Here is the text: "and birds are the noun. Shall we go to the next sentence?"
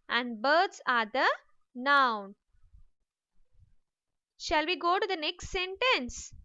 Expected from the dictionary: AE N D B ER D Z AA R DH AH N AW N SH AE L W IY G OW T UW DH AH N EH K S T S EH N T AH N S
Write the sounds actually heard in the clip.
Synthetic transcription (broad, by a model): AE N D B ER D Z AA R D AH N AW N SH AE L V IY G OW T UW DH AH N EH K S T S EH N T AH N S